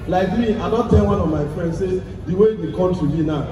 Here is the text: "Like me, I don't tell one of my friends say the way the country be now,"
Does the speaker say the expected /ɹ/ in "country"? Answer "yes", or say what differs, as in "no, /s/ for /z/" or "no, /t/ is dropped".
no, /ɹ/ is dropped